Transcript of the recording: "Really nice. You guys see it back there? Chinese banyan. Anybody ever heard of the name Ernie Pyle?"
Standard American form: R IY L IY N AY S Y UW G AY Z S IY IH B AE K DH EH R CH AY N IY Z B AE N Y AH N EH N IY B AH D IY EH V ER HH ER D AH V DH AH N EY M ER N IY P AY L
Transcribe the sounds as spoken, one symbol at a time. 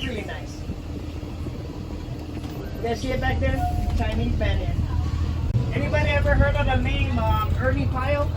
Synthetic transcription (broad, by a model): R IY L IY N AY S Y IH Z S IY IH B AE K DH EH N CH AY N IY B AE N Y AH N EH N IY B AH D IY EH V ER HH ER D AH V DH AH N EY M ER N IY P AY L